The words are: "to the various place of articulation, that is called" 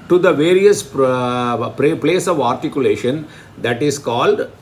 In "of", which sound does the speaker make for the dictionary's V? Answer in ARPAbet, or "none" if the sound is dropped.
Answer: V